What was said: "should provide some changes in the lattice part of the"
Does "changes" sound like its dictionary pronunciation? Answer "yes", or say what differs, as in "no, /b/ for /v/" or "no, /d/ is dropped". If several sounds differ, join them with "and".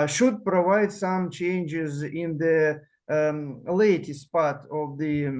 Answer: yes